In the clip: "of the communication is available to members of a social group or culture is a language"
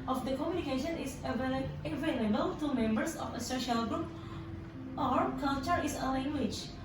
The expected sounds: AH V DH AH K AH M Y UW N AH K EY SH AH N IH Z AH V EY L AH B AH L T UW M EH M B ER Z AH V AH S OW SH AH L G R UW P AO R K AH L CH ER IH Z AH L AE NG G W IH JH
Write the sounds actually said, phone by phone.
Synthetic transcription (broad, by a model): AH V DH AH K AH M Y UW N AH K EY SH AH N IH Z AH V EY L AH B AH L T UW M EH M B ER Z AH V AH S OW SH AH L G R UW P AO R K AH L CH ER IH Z AH L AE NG G W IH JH